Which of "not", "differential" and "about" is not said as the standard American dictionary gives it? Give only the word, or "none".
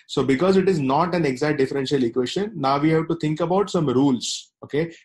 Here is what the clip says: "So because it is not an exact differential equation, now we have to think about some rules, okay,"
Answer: none